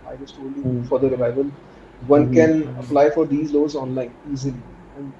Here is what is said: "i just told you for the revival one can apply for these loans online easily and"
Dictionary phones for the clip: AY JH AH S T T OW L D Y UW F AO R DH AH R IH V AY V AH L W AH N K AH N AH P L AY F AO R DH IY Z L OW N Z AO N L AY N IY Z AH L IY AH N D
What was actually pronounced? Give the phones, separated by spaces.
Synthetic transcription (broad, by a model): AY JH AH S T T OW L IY F AO R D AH R IH V AY V AH L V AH N K AH N AH P L AY F AO R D IY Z L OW Z AO N L AY N IY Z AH L IY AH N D